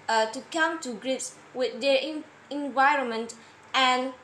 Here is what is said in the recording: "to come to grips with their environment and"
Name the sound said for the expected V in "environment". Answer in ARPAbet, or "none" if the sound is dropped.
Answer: V